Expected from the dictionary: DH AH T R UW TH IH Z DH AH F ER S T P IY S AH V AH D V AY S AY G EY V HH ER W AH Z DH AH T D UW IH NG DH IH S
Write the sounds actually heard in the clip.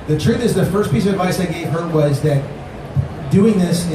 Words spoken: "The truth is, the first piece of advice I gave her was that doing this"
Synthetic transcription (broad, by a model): DH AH T R UW TH IH Z DH AH F ER S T P IY S AH V AH D V AY S AY G EY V HH ER W AH Z DH AH T D UW IH NG DH IH S